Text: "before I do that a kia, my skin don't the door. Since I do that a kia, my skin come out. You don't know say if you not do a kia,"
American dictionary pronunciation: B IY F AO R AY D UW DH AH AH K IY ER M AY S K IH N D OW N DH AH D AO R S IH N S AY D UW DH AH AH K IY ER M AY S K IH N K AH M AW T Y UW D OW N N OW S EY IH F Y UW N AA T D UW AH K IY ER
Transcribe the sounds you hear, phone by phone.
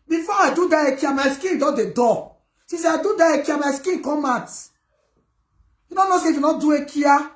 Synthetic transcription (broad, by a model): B IY F AO AY D UW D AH AH K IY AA M AY S K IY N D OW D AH D AO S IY S AY D UW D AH AH K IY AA M AY S K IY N K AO M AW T Y UW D OW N N OW S EY IH F Y UW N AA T D UW AH K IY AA